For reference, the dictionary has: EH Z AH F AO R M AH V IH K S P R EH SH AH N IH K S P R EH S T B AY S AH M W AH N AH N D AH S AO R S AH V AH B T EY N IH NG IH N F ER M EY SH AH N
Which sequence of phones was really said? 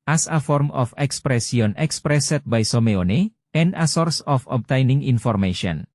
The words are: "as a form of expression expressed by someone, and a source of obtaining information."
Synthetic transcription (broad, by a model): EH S AH F AO R M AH F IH K S P R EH S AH N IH K S P R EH S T B AY S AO M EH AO N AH N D AH S AO R S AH F AH B T EY N IH NG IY N F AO M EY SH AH N